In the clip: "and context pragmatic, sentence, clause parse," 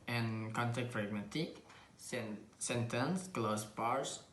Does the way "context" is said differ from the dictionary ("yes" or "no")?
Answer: yes